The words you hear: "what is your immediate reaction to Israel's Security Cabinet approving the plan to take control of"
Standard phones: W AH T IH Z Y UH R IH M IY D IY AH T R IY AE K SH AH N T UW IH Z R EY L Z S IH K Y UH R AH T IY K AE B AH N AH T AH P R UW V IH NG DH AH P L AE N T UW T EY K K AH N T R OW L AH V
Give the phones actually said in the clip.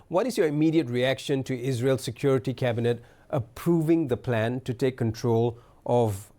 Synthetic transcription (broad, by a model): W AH T IH Z Y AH R IH M IY D IY AH T R IY AE K SH AH N T UW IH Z R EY L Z S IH K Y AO R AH T IY K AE B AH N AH T AH P R UW V IH NG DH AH P L AE N T UW T EY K K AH N T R OW L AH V